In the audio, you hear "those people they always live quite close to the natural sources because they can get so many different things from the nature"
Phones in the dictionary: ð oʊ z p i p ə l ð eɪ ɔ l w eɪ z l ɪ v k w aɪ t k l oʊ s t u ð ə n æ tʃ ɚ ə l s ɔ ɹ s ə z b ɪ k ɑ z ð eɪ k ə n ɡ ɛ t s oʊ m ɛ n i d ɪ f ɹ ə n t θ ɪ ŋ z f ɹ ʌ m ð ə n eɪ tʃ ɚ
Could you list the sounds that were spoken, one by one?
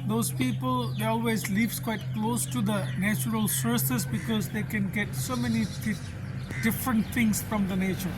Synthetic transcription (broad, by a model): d oʊ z p i p ə l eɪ ɔ l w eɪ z l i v k w aɪ t k l oʊ s t u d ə n æ tʃ ɚ ə l s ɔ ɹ s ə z b ɪ k ɑ z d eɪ k ə n ɡ ɛ t s oʊ m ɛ n i d ɪ f ɹ ə n t t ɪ ŋ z f ɹ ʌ m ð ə n eɪ tʃ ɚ